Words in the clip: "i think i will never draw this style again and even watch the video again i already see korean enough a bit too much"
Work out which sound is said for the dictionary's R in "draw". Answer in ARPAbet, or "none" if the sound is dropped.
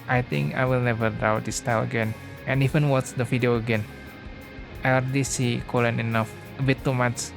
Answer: none